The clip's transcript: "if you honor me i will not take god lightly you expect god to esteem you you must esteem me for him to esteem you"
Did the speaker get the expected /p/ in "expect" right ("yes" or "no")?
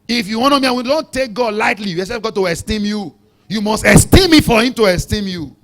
no